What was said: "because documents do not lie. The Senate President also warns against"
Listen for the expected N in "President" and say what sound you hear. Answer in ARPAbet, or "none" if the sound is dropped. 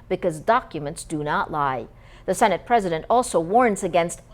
N